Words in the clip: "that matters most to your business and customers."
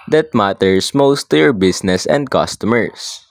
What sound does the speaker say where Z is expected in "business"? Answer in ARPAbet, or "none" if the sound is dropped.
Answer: S